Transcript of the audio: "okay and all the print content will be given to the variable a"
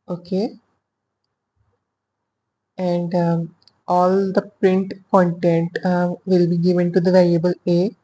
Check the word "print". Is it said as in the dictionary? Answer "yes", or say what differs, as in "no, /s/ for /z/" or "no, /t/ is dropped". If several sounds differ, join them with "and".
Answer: yes